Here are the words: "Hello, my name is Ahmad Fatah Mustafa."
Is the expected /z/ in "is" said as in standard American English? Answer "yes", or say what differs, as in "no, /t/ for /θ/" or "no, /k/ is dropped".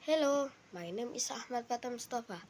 no, /s/ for /z/